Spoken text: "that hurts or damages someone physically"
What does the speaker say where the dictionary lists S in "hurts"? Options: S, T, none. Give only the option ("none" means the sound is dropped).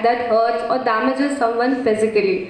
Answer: none